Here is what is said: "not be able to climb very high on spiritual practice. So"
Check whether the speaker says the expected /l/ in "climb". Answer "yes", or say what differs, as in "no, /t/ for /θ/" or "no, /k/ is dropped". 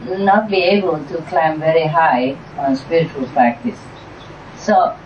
yes